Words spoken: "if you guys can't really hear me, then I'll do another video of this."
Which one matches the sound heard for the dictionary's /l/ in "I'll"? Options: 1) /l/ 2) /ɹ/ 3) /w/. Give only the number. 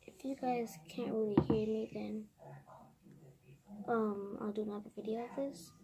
1